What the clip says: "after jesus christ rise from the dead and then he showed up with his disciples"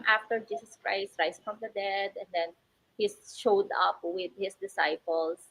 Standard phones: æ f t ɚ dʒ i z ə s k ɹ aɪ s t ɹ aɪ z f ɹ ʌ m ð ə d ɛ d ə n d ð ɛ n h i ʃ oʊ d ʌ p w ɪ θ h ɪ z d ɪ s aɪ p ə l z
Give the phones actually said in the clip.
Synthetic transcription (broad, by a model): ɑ f t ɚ dʒ i s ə s k ɹ aɪ s t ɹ aɪ s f ɹ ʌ m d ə d ɛ d ə n d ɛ n h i ʃ oʊ d ʌ p w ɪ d h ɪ s d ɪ s aɪ p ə l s